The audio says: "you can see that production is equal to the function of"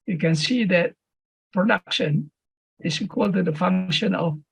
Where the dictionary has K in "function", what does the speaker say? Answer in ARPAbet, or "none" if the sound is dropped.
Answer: K